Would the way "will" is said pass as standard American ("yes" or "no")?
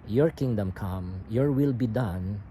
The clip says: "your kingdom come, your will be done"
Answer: yes